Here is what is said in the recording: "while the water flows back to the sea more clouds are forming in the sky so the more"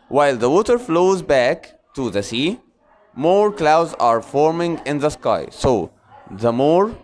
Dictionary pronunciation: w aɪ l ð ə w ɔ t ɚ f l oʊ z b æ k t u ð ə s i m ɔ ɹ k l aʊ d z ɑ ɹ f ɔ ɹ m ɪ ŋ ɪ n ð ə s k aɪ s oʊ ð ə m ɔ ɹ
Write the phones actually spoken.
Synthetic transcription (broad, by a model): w aɪ l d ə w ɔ t ɚ f l oʊ z b æ k t u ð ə s i m ɔ ɹ k l aʊ d z ɑ ɹ f ɔ ɹ m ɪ ŋ ɪ n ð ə s k aɪ s oʊ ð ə m ɔ ɹ